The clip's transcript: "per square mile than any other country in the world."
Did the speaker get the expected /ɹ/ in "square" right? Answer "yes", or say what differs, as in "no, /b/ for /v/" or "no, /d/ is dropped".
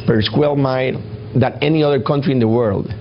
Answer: no, /l/ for /ɹ/